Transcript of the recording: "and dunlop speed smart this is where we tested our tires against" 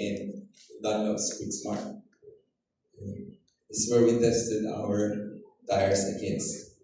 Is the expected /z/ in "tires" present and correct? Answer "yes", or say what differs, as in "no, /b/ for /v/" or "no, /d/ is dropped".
no, /s/ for /z/